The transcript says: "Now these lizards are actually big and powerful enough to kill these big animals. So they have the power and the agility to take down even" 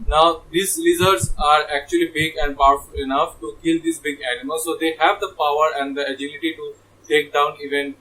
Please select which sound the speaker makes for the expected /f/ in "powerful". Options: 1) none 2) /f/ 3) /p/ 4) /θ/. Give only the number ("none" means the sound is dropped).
2